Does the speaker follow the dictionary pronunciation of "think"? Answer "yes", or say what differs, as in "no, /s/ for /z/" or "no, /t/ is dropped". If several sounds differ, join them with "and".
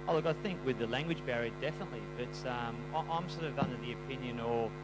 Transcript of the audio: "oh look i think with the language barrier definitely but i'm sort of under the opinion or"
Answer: yes